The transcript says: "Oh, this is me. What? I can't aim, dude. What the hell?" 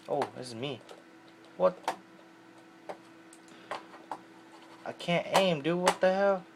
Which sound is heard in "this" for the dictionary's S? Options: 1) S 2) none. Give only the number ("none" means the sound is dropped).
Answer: 2